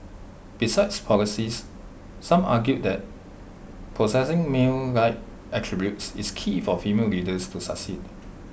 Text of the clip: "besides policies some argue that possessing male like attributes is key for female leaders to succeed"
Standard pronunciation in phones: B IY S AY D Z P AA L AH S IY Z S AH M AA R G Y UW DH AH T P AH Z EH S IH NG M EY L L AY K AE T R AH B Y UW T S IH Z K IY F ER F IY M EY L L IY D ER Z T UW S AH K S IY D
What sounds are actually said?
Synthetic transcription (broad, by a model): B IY S AY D S P AA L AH S IY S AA M AA G Y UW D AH T P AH S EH S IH NG M EY L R AY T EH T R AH B Y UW T S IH S K IY F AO F IY M EY L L IY D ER S T UW S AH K S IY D